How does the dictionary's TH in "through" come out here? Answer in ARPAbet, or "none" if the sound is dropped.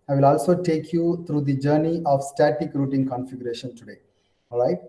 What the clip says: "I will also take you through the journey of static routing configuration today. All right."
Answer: T